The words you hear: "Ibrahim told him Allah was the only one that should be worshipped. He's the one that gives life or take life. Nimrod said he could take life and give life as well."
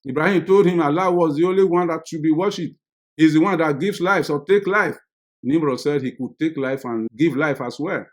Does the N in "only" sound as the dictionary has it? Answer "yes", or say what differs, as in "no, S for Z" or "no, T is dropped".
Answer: yes